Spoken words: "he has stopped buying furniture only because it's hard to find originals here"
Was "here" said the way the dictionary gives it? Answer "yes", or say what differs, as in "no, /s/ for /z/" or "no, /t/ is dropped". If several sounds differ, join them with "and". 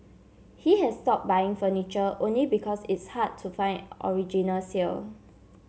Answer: no, /l/ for /ɹ/